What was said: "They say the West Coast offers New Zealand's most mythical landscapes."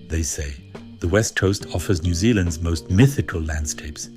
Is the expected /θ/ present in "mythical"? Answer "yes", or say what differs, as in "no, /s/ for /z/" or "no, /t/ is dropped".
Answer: yes